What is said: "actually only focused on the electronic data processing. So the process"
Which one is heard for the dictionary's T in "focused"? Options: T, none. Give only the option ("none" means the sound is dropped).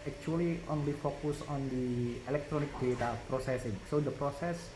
none